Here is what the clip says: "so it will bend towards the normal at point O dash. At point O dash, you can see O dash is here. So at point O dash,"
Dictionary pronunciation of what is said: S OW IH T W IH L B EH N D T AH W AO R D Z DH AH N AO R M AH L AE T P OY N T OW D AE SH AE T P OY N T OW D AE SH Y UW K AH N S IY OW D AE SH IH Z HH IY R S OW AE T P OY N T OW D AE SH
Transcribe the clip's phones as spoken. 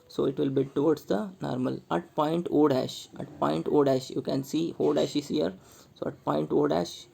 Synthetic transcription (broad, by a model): S OW IH T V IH L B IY D T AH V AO R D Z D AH N AO R M AH L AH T P OY N T OW D AE SH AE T P OY N T OW D AE SH Y UW K AH N S IY OW D AE SH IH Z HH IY R S OW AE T P OY N T OW D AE SH